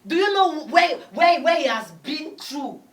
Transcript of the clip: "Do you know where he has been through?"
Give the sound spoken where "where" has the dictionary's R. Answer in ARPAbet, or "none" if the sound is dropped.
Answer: W